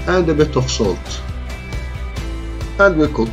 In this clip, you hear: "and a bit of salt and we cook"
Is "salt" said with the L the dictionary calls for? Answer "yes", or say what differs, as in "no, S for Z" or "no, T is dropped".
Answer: yes